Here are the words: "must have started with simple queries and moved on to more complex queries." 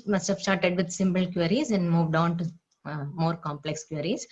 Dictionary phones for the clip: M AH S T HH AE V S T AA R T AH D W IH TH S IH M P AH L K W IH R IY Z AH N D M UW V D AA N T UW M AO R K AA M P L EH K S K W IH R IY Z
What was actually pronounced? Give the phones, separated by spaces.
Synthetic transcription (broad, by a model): M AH S T HH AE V S T AA R T AH D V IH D S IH M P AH L K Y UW R IY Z AH N D M UW V D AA N T UW M AO R K AA M P L EH K S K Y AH R IY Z